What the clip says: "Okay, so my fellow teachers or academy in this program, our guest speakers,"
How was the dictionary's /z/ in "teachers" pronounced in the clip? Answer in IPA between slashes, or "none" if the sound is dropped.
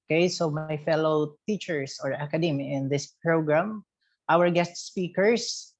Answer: /s/